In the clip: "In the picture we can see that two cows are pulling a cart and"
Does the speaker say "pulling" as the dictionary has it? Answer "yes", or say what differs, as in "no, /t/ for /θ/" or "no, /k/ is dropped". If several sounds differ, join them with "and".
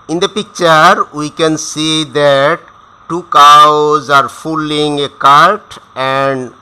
no, /f/ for /p/